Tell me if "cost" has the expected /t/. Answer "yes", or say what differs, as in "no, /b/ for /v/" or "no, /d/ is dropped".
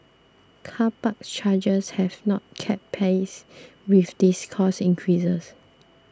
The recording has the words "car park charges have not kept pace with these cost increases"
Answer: no, /t/ is dropped